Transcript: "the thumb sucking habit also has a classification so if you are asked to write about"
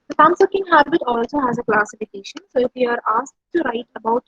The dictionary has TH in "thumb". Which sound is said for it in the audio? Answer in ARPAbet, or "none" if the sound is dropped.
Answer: S